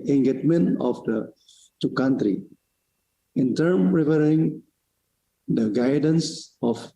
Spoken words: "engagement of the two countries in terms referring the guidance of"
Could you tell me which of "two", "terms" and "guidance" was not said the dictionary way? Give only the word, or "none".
terms